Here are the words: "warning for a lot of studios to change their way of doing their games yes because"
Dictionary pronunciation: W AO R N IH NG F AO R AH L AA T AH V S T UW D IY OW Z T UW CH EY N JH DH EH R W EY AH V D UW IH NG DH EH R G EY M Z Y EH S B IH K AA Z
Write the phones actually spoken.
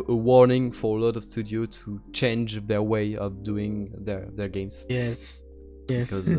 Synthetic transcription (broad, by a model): W AO R N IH NG F AO R AH L AA T AH V S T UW D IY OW T UW CH EY N JH DH EH R W EY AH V D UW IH NG DH EH R G EY M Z Y EH S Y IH K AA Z